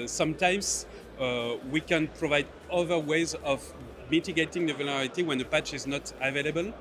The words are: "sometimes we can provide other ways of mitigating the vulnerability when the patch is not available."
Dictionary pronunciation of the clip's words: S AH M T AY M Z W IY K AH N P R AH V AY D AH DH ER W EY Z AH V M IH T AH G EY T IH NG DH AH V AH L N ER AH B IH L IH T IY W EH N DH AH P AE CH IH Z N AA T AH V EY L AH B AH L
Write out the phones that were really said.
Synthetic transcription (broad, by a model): S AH M T AY M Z W IY K AH N P R AH V AY D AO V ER W EY Z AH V M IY T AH G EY T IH NG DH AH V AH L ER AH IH T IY W EH N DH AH P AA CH IH Z N AA T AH V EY L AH B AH L